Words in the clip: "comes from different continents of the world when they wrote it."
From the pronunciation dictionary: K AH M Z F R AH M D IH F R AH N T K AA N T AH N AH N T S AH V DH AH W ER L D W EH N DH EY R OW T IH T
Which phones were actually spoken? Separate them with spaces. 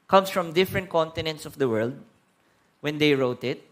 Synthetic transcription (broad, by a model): K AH M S F R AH M D IH F R AH N T K AA N T AH N AH N T S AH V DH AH W ER L D W EH N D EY R OW T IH T